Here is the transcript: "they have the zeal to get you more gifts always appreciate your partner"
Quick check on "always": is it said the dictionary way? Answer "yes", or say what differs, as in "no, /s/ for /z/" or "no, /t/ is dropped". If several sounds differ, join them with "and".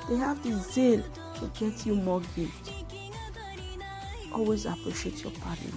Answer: yes